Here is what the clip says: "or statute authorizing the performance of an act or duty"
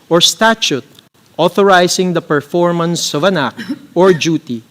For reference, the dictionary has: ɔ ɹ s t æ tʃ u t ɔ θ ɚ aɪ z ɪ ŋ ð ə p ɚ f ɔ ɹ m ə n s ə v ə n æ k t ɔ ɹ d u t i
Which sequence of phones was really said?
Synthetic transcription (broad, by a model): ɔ ɹ s t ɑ tʃ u t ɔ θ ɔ aɪ s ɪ ŋ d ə p ɚ f ɔ ɹ m ə n s ə v ə n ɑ k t ɔ ɹ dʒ u t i